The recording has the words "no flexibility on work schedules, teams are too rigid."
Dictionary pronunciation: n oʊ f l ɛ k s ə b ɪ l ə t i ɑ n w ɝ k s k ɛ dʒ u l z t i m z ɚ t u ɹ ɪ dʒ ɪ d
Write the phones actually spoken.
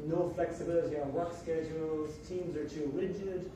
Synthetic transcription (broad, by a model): n oʊ f l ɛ k s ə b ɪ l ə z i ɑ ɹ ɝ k s k ɛ dʒ u l z t i m z ɚ t u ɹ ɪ dʒ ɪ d